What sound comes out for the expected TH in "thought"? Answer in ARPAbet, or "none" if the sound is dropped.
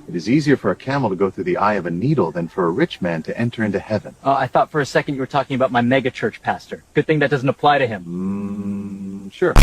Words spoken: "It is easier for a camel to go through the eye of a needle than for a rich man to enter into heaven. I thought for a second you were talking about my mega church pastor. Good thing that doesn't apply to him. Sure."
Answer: TH